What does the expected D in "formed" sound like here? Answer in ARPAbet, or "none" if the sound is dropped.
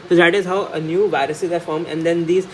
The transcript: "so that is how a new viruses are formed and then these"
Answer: none